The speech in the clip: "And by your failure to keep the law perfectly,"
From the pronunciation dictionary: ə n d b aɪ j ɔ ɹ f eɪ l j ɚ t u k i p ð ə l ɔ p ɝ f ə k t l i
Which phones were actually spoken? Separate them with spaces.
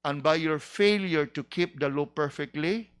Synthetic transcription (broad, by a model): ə n b aɪ j ɔ ɹ f eɪ l j ɚ t u k i p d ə l ɔ p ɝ f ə k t l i